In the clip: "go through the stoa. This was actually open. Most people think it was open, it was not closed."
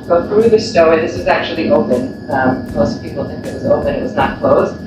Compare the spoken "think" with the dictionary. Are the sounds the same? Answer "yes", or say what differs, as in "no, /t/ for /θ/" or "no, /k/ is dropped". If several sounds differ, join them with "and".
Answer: yes